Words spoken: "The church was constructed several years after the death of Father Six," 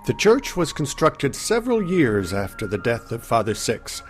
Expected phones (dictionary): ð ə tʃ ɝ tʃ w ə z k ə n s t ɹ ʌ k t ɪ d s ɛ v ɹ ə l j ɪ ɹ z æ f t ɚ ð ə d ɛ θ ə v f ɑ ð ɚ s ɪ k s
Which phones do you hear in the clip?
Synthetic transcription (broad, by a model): ð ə tʃ ɝ tʃ w ə z k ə n s t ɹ ʌ k t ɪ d s ɛ v ɹ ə l j ɪ ɹ z æ f t ɚ ð ə d ɛ θ ə v f ɑ ð ɚ s ɪ k s